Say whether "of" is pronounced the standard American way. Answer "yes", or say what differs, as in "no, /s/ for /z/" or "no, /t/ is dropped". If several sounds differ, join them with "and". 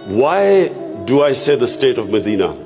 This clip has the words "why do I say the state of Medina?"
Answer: yes